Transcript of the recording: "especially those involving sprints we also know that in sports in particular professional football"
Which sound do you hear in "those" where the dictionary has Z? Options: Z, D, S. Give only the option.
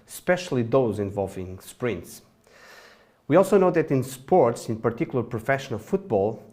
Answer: Z